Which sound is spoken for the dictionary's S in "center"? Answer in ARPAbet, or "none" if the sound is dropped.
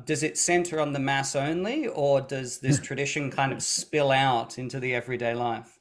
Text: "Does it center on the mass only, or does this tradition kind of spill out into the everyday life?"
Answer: S